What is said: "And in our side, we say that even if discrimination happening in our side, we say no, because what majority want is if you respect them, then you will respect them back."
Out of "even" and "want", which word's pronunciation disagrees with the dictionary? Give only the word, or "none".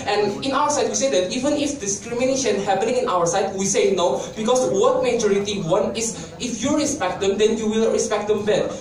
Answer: want